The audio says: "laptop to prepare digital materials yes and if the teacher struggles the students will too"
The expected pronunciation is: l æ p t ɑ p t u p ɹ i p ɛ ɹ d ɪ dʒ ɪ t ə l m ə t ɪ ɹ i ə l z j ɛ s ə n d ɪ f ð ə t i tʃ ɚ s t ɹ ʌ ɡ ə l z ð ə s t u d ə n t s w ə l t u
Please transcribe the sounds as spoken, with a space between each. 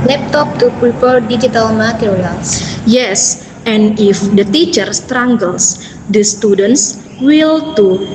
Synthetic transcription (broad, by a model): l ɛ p t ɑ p t u p ɹ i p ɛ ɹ d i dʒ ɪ t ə l m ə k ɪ l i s j ɛ s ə n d ɪ f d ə t i tʃ ɚ s t ɹ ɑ ɡ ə l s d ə s t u d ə n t s w ə l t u